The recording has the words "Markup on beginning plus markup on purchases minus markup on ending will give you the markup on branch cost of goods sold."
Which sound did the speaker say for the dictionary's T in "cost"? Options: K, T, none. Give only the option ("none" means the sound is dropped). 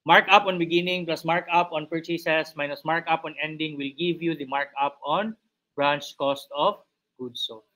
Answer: T